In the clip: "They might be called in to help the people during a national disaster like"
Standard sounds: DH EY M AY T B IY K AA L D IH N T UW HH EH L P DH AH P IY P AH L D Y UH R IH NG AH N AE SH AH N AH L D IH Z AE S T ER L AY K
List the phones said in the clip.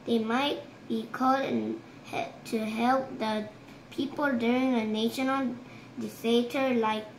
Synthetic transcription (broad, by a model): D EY M AY T B IY K AA L D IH N T UW HH EH L P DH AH P IY P AH L D Y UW R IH NG AH N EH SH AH N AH L D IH S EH T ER L AY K